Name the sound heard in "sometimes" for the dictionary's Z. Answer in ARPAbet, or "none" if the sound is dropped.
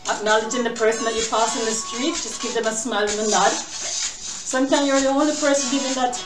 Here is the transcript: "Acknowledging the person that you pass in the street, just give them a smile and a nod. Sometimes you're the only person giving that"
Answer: none